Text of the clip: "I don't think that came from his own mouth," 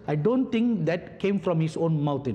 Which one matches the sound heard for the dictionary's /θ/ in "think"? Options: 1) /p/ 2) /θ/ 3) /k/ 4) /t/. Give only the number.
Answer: 4